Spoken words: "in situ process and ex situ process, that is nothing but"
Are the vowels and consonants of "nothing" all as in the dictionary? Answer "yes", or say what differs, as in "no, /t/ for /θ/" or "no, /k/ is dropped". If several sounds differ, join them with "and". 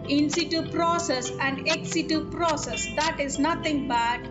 no, /t/ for /θ/